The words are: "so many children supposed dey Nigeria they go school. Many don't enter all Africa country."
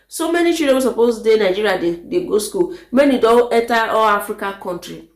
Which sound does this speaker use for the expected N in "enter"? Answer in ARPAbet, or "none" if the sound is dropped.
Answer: none